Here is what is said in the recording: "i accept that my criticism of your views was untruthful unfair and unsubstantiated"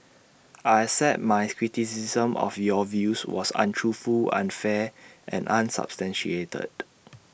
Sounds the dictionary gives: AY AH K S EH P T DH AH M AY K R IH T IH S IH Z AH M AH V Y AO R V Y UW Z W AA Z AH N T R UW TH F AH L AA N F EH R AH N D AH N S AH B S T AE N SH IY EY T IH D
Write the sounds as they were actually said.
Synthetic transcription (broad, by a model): AY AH S EH T M AY K R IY T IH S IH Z AH M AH F Y AO V Y UW S W AA S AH N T R UW F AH L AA N F EH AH N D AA N S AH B S T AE N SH IY EY T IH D